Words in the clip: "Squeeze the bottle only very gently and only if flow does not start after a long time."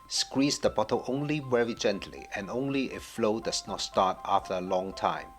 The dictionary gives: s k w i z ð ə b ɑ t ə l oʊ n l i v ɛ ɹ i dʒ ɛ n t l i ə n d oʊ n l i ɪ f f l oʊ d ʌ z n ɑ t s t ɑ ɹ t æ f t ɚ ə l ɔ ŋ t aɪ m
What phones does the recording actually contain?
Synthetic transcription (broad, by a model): s k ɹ i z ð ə b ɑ t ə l oʊ n l i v ɛ ɹ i dʒ ɛ n t l i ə n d oʊ n l i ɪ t f l oʊ d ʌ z n ɑ t s t ɑ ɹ t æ f t ɚ ə l ɔ ŋ t aɪ m